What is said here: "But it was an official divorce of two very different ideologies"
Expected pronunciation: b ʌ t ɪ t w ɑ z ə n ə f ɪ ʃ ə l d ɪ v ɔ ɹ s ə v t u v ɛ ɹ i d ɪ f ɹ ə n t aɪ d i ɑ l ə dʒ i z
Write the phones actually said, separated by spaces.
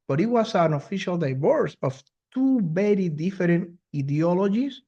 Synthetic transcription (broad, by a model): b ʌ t ɪ t w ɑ s ə n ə f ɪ ʃ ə l d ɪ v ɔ ɹ s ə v t u b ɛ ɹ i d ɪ f ɹ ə n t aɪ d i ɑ l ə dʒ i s